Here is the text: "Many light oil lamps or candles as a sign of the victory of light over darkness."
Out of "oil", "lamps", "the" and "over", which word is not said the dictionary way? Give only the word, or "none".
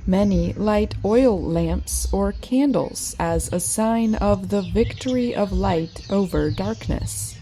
none